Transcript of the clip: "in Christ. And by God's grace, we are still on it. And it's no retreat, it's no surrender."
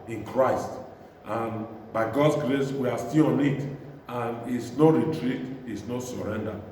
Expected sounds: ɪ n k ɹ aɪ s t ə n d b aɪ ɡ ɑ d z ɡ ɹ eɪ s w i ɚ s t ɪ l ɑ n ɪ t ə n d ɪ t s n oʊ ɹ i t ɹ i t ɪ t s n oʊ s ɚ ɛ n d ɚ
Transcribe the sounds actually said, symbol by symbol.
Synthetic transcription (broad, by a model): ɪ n k ɹ aɪ s t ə n b aɪ ɡ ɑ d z ɡ ɹ eɪ s w i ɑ s t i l ɑ n ɪ t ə n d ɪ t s n oʊ ɹ i t ɹ i t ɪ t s n oʊ s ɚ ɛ n d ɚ